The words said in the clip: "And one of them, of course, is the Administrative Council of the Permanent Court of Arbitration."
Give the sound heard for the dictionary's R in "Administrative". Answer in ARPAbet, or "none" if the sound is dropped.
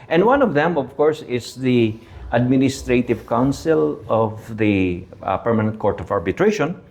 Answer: R